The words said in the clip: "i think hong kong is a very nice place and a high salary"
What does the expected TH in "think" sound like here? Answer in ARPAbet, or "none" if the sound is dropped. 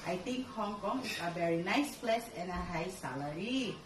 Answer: T